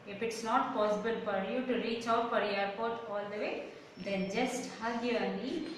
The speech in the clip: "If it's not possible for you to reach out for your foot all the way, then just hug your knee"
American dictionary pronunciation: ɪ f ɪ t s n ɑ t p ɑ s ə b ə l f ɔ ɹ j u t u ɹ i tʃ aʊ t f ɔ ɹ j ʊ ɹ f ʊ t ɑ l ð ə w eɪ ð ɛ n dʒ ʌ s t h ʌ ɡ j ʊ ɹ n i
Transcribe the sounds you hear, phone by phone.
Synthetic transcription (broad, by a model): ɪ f ɪ t s n ɑ t p ɑ s ə b ə l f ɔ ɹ j u t u ɹ i tʃ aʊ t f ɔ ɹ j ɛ ɹ p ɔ t ɑ l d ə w eɪ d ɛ n dʒ ʌ s t h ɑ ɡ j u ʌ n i